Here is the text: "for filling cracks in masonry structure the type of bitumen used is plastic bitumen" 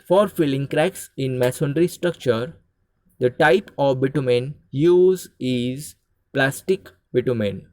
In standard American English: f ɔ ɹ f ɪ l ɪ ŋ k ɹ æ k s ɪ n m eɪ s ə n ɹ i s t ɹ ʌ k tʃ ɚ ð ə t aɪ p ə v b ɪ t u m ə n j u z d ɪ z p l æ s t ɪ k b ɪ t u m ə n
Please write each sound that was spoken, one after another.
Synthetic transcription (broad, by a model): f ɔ ɹ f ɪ l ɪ ŋ k ɹ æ k s ɪ n m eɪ s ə n ɹ i s t ɹ ʌ k tʃ ɚ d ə t aɪ p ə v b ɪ t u m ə n j u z ɪ z p l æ s t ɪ k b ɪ t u m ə n